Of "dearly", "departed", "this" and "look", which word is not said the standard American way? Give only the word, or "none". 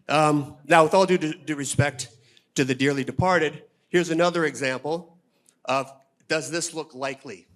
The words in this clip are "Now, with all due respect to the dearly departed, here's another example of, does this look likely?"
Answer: none